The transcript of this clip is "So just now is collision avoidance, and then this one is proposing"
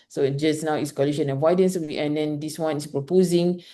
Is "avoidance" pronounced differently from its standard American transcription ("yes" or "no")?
yes